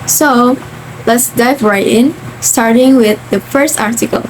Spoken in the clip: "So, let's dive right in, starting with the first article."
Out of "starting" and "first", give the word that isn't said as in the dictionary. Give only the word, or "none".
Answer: none